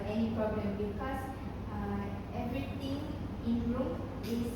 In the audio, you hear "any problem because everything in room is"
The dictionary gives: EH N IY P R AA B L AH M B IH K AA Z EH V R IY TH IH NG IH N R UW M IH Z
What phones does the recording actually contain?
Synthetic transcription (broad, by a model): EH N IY P R AA B L AH M B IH K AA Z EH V R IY T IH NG IH N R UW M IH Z